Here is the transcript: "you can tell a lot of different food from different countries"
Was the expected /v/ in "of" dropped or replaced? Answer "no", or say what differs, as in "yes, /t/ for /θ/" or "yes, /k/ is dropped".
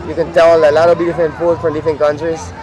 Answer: yes, /b/ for /v/